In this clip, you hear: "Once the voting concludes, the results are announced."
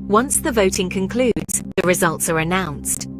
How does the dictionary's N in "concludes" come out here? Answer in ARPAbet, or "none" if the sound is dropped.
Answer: N